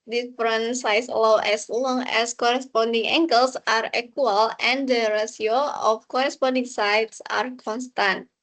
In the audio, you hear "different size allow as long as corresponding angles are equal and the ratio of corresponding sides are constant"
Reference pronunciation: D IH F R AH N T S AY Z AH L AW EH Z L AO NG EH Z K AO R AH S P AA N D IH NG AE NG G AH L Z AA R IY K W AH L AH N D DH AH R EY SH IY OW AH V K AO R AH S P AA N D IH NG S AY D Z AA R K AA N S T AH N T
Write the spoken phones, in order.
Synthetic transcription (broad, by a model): D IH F R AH N S AY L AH W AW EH S L AO NG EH S K AO R AH S P AA N D IH NG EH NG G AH L S AA R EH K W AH L AH N D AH R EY S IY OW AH F K AO R AH S P AA N D IH NG S AY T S AA R K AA N S T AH N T